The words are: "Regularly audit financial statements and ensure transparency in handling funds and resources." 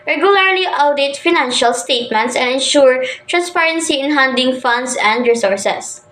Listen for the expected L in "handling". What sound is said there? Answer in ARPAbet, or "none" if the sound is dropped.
none